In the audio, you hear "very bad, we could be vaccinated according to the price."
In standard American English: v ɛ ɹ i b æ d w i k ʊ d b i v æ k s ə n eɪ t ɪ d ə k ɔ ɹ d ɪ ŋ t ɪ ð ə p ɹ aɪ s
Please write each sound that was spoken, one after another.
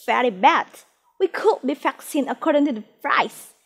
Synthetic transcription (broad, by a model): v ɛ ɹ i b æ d w i k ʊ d b i f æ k s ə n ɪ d ə k ɔ ɹ d ɪ ŋ t ɪ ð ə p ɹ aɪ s